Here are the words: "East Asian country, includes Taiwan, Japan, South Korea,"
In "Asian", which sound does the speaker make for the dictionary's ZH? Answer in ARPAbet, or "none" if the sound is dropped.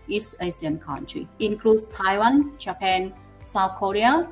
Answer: S